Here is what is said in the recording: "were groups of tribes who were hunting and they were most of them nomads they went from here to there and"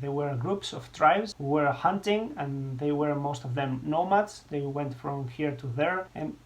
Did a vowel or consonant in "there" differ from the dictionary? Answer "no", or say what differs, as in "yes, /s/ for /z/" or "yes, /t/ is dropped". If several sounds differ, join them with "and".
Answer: no